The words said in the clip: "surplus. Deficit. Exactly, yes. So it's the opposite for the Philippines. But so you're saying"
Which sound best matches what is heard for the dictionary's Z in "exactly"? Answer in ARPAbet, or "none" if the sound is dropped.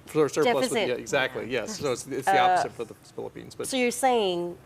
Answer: Z